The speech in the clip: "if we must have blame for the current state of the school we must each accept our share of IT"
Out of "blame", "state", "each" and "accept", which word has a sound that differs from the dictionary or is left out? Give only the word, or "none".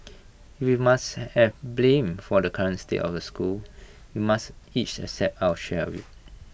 accept